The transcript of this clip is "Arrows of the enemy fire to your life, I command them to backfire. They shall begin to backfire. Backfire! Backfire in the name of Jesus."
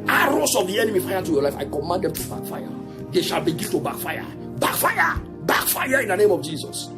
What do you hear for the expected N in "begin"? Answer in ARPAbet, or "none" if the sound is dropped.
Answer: L